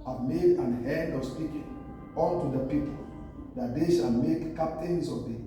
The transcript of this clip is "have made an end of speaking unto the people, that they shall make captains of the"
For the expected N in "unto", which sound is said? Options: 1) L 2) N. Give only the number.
1